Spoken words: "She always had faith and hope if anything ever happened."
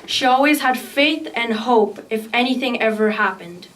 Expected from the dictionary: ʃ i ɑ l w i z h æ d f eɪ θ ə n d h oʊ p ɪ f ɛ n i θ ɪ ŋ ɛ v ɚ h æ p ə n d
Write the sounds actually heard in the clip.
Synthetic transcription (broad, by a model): ʃ i ɑ l w i z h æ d f eɪ θ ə n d h oʊ p ɪ f ɛ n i θ ɪ ŋ ɛ v ɚ h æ p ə n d